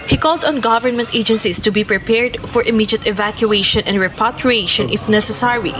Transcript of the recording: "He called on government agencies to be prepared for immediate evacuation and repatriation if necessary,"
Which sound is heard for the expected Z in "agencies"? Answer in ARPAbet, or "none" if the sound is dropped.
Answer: S